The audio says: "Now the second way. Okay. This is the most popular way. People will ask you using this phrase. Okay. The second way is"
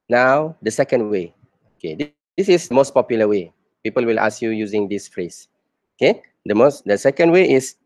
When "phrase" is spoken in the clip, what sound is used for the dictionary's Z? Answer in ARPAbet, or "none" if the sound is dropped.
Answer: S